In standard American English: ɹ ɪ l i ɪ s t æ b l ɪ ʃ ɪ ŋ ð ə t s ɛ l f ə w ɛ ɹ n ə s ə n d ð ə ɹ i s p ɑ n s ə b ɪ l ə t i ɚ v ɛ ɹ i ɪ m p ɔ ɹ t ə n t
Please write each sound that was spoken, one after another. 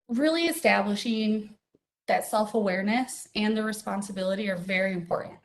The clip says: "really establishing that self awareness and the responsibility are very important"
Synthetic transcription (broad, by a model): ɹ ɪ l i ɪ s t æ b l ɪ ʃ ɪ ŋ ð ə t s ɛ l f ə w ɛ ɹ n ə s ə n ð ə ɹ i s p ɑ n s ə b ɪ l ə t i ɚ v ɛ ɹ i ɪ m p ɔ ɹ t n t